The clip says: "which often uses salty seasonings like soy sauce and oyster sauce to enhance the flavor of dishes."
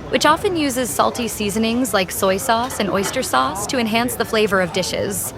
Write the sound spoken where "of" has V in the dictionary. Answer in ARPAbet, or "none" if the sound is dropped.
V